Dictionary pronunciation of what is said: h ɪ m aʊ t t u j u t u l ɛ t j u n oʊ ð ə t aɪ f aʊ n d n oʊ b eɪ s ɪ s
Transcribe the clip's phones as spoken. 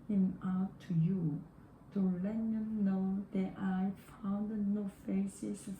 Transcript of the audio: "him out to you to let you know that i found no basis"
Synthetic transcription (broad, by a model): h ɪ m aʊ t t u j u t u l ɛ t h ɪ n oʊ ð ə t aɪ f aʊ n d n oʊ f eɪ s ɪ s